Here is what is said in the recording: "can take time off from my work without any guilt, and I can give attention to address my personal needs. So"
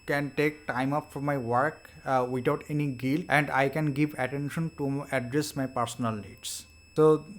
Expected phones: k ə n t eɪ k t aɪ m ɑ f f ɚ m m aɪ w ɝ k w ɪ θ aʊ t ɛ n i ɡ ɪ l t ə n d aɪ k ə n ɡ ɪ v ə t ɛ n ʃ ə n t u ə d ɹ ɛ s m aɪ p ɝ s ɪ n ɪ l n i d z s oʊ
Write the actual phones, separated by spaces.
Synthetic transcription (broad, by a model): k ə n t eɪ k t aɪ m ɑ p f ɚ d m aɪ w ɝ k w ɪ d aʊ t ɛ n i ɡ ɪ l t ə n d aɪ k ə n ɡ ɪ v ə t ɛ n ʃ ə n t u ə d ɹ ɛ s m aɪ p ɝ s ɪ n ɪ l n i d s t oʊ